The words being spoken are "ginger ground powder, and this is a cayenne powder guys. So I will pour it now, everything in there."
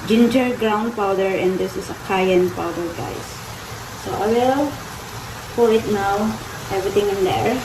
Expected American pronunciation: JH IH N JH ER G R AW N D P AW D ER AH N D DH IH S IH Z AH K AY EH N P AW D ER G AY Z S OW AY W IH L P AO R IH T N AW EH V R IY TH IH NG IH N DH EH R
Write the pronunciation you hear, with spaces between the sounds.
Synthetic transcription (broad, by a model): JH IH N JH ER G R AW N D P AW D ER AH N D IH S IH S AH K AY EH N P AW D ER G AY S OW AY W IH L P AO L IH T N AW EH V R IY T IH NG IH N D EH R